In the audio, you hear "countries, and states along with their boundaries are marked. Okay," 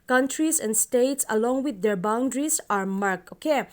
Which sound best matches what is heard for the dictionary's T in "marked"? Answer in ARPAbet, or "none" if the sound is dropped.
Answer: none